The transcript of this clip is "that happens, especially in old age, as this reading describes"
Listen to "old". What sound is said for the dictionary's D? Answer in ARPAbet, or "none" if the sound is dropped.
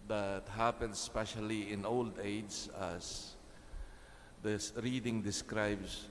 D